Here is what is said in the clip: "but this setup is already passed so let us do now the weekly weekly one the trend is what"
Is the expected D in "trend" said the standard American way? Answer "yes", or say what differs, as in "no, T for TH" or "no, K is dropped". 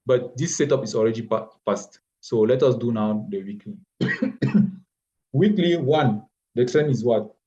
no, D is dropped